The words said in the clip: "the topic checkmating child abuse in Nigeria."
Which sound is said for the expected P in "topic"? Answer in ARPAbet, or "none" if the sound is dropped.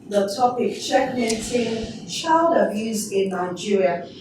P